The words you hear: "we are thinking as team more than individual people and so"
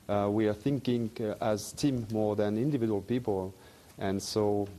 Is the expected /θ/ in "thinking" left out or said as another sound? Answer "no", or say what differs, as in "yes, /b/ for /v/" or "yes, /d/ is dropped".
no